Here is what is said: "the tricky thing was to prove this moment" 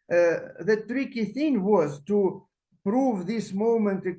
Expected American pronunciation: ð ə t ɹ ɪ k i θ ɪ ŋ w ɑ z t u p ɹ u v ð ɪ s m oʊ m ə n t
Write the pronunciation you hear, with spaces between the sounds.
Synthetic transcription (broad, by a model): ð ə t ɹ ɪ k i θ ɪ ŋ w ɑ z t u p ɹ u v ð ɪ s m oʊ m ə n t